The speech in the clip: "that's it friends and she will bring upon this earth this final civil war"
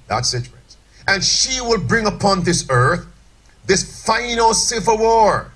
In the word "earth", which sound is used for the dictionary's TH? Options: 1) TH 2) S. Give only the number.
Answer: 1